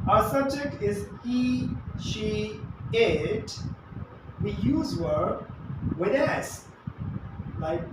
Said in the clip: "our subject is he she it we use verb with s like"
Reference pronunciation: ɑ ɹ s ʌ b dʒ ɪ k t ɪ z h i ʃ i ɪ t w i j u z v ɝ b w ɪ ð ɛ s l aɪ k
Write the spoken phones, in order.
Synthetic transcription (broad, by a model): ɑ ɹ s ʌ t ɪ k ɪ z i ʃ i ɪ t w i j u z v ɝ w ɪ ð ɛ s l aɪ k